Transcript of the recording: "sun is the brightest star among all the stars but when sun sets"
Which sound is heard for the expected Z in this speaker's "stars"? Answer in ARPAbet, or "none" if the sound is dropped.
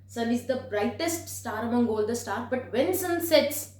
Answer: none